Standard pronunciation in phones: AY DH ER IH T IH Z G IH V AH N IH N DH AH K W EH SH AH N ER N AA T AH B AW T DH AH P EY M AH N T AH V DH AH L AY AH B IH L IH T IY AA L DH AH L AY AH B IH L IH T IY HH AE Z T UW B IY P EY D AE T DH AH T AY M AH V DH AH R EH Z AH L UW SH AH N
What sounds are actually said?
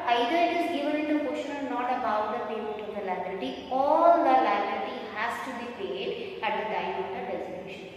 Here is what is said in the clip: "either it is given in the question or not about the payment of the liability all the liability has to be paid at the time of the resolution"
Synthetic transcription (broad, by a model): AY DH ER IH T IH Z G IH V AH N IH N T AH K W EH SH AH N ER N AA T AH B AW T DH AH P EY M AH T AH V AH L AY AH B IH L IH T IY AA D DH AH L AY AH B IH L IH T IY HH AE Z T UW B IY P EY D AE T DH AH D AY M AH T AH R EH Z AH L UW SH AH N